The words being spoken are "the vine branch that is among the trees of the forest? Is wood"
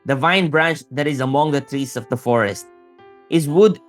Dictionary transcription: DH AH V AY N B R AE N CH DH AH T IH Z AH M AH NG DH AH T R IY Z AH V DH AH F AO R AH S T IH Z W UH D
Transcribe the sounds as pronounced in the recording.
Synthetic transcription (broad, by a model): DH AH V AY N B R AE N CH DH AH T IH Z AH M AH NG DH AH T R IY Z AH V DH AH F AO R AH S T IH Z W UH D